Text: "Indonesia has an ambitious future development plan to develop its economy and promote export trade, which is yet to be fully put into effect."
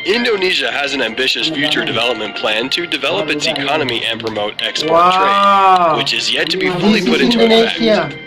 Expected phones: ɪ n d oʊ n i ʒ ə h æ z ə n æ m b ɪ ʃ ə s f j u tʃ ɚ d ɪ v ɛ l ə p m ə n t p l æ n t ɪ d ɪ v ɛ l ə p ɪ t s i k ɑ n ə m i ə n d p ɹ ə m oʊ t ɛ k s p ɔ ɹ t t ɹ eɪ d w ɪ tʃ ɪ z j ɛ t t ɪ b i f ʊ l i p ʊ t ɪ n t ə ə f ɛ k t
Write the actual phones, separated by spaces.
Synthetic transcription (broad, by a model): ɪ n d oʊ n i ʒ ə z ə n æ m b ɪ ʃ ə s f j u tʃ ɚ d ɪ v ɛ l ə p m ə n p l æ n t ɪ d ɪ v ɛ l ə p ɪ t s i k ɑ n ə m i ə n p ɹ ə m oʊ t ɛ k s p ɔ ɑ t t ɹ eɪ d w ɪ tʃ ɪ z j ɛ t t ɪ b i f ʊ l i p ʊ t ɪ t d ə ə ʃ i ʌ